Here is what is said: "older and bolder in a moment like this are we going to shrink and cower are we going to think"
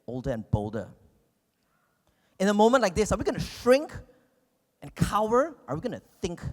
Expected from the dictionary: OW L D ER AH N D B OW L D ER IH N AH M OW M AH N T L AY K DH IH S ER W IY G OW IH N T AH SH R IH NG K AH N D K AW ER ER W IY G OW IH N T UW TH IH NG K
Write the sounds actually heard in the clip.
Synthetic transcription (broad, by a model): OW L D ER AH N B OW L D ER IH N AH M OW M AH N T L AY K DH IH S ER W IY G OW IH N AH SH R IH NG K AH N K AW ER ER W IY G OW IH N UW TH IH NG K